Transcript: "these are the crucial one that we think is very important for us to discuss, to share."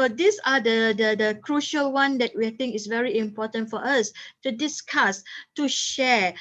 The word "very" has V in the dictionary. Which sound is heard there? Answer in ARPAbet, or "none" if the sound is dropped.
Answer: V